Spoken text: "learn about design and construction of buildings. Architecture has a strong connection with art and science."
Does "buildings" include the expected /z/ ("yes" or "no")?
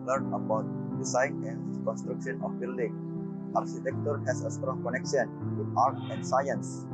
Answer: no